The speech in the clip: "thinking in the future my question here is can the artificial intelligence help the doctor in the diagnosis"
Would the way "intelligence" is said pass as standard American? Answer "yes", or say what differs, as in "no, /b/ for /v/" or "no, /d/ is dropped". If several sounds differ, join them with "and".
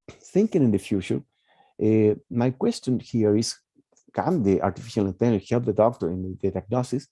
no, /s/ is dropped